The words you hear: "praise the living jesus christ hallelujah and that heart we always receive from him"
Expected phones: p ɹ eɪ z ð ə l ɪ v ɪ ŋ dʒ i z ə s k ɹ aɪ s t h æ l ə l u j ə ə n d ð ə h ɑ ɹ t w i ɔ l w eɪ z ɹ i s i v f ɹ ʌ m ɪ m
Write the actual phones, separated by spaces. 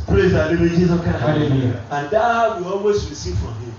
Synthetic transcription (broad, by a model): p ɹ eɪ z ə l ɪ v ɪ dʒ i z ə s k aɪ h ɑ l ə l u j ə ə n d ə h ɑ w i ɔ l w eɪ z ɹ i s i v f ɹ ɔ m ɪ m